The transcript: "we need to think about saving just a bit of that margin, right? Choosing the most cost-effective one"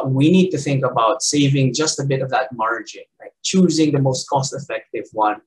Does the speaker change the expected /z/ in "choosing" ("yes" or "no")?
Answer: no